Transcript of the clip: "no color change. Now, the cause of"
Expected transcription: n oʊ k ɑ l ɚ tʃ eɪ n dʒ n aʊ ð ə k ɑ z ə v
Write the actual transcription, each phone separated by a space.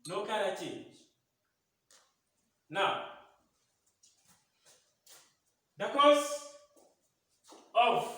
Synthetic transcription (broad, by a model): n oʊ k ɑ n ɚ tʃ eɪ n dʒ n aʊ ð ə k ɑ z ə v